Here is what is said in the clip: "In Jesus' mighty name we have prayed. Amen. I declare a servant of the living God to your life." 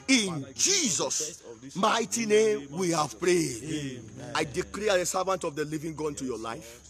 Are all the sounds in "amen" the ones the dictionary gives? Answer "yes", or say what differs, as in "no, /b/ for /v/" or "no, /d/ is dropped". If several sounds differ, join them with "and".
no, /m/ is dropped